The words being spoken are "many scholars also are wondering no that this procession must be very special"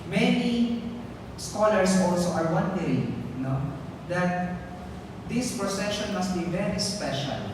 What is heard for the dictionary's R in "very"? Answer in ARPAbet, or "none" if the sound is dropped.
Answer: R